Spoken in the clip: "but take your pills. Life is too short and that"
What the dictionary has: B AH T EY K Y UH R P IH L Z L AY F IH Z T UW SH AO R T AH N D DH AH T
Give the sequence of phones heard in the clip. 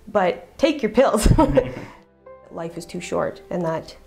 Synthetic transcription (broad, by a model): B AH T EY K Y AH R P IH L Z L AY F IH Z T UW SH AO R T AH N DH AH T